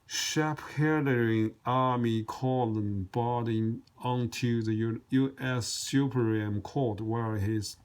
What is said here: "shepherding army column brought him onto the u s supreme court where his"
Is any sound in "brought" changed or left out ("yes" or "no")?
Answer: yes